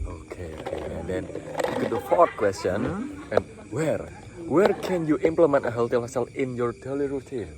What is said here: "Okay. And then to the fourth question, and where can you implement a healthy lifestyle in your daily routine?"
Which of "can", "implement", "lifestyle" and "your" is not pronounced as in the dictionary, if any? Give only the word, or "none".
lifestyle